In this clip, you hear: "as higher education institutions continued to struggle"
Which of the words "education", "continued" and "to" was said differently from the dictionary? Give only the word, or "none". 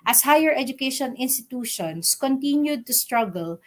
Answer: none